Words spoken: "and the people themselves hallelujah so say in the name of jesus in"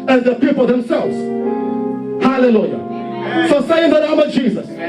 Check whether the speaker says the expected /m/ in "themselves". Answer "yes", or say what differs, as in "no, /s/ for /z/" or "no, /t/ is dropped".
yes